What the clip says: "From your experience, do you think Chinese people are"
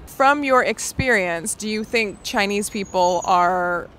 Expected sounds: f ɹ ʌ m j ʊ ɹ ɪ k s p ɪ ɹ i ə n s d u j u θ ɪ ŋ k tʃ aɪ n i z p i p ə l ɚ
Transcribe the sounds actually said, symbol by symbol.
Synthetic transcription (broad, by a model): f ɹ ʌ m j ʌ ɹ ɪ k s p ɪ ɹ i ə n s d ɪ j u θ ɪ ŋ k tʃ aɪ n i z p i p l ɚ